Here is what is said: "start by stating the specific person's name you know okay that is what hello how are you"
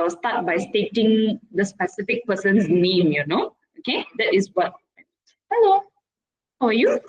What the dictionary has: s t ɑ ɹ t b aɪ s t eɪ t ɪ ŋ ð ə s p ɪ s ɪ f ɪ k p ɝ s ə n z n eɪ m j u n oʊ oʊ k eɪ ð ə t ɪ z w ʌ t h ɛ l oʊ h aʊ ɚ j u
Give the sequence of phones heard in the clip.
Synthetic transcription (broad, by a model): s t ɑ t b aɪ s t eɪ t ɪ ŋ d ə s p ɪ s ɪ f ɪ k p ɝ s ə n s n eɪ m j u n oʊ oʊ k eɪ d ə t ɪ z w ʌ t h ɛ l oʊ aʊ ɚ j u